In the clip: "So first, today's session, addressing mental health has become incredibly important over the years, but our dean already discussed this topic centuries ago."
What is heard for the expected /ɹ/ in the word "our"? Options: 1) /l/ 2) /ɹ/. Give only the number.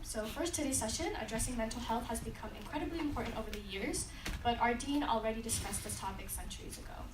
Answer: 2